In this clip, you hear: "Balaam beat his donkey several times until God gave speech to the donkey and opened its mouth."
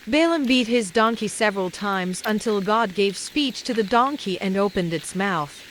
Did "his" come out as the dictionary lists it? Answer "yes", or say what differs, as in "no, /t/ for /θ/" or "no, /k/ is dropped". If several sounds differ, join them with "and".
yes